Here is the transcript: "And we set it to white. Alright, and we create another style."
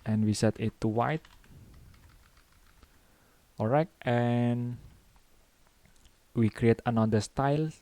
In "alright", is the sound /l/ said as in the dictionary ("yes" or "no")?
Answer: no